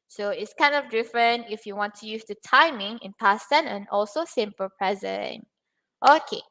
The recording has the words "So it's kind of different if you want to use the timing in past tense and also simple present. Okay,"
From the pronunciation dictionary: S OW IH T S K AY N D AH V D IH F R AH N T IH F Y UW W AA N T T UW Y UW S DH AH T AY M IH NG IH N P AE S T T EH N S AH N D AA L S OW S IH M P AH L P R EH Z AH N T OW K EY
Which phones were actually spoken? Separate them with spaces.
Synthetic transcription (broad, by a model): S OW IH T S K AY N D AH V D IH F R AH N T IH F Y UW W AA N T T UW Y UW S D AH T AY M IH NG IH N P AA S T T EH N AH N AA L S OW S IH M P AH L P R EH Z AH N T OW K EY